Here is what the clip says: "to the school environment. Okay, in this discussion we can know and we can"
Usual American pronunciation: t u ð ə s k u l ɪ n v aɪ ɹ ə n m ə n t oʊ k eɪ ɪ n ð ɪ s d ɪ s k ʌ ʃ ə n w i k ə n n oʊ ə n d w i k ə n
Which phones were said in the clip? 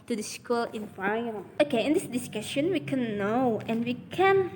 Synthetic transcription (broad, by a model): t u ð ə s k u l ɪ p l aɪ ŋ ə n ə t oʊ k eɪ ɪ n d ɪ s d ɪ s k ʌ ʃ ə n w i k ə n n oʊ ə n w i k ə n